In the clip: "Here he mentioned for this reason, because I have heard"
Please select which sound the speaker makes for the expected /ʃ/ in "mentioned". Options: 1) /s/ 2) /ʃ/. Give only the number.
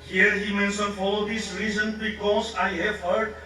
1